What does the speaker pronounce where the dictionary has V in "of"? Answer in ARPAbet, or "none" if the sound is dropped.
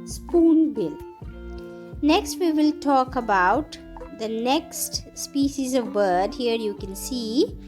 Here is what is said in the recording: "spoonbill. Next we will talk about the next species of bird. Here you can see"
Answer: V